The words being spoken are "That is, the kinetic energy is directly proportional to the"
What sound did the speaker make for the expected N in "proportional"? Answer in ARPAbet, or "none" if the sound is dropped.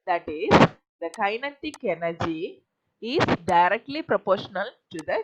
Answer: N